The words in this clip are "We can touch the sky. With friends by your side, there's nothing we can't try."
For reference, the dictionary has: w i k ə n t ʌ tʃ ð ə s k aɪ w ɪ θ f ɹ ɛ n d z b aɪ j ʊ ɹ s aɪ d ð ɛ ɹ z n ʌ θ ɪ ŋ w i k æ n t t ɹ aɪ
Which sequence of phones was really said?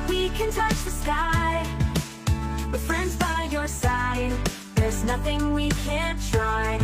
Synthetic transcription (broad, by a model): w i k ə n t ʌ tʃ ð ə s k aɪ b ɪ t f ɹ ɛ n d z b aɪ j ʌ ɹ s aɪ d ð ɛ ɹ z n ʌ θ ɪ ŋ w i k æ n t t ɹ aɪ